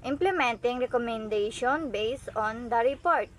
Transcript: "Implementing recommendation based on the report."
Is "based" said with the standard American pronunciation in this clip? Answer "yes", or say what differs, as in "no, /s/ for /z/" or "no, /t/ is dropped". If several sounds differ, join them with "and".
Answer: no, /t/ is dropped